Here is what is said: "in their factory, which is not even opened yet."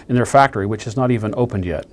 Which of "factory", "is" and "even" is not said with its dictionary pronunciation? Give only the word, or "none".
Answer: none